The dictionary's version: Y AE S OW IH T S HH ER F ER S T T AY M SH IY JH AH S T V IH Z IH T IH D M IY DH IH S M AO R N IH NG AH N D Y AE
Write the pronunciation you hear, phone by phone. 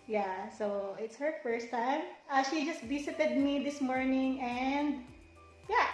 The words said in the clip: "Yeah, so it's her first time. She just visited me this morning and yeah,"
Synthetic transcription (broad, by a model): Y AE S OW IH T S HH ER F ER S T T AY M SH IY JH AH S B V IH S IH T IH D M IY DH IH S M AO R N IH NG AH N D Y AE